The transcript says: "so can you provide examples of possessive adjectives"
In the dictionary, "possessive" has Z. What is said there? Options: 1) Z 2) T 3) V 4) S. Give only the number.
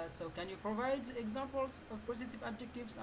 4